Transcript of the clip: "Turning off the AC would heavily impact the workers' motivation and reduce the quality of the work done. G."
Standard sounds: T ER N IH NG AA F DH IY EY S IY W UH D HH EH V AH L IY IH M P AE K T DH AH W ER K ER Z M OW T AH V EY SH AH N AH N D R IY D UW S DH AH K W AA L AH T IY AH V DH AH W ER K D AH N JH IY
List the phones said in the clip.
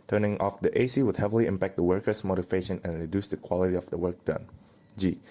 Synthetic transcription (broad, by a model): T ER N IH NG AA F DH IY EY S IY W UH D HH EH V AH L IY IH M P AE K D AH W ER K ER S M OW T AH V EY SH AH N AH N R IY D UW S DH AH K W AA L AH T IY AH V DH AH W ER K D AH N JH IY